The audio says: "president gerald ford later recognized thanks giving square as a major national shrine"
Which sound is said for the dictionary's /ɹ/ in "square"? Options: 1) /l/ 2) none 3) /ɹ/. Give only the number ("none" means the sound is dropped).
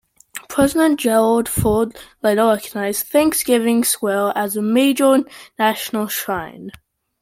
1